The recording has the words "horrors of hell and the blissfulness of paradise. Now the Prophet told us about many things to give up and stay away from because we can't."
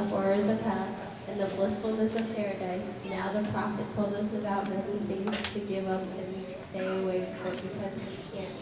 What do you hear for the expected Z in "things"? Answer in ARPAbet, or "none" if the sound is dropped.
none